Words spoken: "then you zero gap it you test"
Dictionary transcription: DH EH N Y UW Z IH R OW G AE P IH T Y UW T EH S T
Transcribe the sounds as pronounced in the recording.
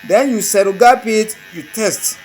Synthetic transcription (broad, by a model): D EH N Y UW S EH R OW G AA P IH T Y UW T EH S T